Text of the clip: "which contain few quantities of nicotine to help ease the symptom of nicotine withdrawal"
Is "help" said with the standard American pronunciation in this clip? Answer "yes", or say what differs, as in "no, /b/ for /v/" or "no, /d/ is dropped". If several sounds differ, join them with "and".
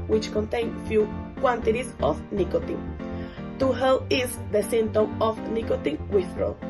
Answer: no, /p/ is dropped